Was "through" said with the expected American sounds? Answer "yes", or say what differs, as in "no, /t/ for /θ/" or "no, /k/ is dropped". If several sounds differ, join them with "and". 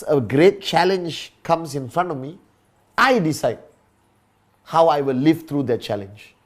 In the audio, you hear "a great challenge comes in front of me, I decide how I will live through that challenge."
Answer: no, /t/ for /θ/